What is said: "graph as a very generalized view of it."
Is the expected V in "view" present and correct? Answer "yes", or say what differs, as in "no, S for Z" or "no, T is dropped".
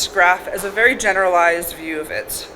yes